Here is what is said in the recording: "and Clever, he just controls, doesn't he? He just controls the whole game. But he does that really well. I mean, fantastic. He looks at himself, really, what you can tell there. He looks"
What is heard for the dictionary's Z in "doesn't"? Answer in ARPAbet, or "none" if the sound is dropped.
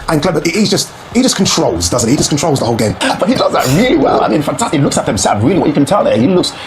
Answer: Z